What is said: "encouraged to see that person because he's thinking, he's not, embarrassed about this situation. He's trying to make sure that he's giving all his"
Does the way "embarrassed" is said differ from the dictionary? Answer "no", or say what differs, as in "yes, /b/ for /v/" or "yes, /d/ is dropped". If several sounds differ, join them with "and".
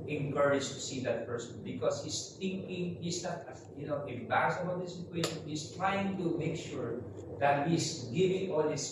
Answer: yes, /t/ is dropped